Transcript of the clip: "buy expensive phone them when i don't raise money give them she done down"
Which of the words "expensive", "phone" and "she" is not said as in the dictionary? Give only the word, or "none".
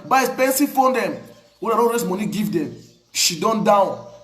expensive